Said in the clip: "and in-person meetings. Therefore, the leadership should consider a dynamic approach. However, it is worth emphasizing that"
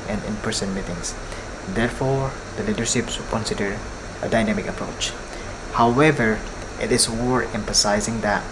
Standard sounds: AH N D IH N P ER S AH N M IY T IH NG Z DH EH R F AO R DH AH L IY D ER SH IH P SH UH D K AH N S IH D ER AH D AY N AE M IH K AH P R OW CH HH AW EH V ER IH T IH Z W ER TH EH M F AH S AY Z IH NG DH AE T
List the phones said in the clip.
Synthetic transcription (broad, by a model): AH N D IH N P ER S AH N M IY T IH NG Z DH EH R F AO R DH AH L IY D ER SH IH P S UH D K AH N S IH D ER AH D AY N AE M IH K AH P R OW CH HH AW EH V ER IH T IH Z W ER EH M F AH S AY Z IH NG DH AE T